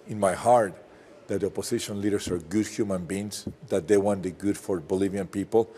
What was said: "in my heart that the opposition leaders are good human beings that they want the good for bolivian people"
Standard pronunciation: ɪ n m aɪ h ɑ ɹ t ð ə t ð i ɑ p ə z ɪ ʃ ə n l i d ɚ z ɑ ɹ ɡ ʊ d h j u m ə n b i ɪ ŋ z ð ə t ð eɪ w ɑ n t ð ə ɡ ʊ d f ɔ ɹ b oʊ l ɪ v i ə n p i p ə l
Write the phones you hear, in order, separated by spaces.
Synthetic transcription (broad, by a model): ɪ n m aɪ h ɑ ɹ t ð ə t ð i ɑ p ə s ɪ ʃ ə n l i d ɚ s ɑ ɹ ɡ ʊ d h j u m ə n b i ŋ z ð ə t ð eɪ w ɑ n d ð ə ɡ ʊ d f ɔ ɹ b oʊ l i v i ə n p i p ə l